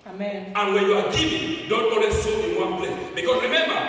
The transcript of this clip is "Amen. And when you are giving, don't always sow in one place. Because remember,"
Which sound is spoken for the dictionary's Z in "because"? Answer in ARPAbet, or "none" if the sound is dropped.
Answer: S